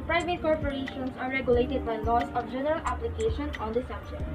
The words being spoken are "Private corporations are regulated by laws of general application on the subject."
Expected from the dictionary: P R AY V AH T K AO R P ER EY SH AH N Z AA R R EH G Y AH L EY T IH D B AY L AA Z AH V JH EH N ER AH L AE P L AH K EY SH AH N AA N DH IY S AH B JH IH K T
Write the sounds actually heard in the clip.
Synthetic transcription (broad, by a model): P R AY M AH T K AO R P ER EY SH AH N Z AA R R EH G Y AH L EY T IH D B AY L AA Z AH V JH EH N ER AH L AE P L AH K EY SH AH N AA N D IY S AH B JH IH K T